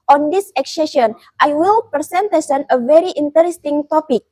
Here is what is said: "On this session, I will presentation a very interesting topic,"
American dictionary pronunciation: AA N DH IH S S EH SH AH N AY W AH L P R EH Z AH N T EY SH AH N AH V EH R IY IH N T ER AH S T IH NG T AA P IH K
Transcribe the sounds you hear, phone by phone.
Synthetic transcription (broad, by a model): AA N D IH S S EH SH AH N AY W AH L P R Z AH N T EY S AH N AH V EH R IY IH N T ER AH S T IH NG T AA P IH K